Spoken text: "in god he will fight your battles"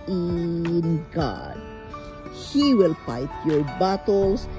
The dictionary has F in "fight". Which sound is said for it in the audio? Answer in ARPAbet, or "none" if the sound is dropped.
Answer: P